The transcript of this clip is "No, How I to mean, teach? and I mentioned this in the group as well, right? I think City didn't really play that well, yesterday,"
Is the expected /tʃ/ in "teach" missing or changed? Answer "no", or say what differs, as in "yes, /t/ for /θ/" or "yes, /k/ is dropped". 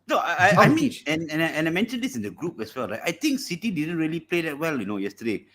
yes, /tʃ/ is dropped